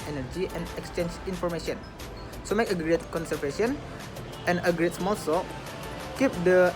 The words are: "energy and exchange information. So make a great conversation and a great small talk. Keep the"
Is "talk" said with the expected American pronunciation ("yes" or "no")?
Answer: no